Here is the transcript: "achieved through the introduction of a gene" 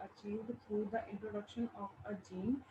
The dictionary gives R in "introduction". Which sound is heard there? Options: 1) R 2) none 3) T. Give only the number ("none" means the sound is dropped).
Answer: 1